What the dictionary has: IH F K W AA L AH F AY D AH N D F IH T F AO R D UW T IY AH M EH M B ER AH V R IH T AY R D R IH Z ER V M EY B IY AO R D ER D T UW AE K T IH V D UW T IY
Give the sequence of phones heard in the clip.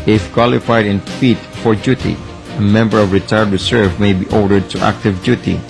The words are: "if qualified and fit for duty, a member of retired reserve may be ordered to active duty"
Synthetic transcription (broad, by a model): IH F K W AA L AH F AY D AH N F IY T F AO R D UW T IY AH M EH M B ER AH V R IH T AY R D R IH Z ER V M EY B IY AO R D ER D T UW AE K T IH V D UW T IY